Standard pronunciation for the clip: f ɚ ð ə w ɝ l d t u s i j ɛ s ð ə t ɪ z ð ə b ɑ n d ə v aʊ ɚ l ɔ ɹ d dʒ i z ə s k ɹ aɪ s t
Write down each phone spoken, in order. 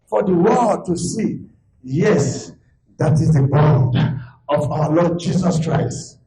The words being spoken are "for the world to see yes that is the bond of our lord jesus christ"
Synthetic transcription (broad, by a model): f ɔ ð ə w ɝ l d t u s i j ɛ s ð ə t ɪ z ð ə b ɑ n d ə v aʊ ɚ l ɔ d dʒ i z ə s k ɹ aɪ s t